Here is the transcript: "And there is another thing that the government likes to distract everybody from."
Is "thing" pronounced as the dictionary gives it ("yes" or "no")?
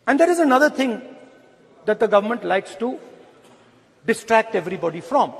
no